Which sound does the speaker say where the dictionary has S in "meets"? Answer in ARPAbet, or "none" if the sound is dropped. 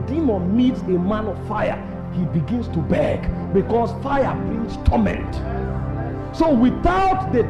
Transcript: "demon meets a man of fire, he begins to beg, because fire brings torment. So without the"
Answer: S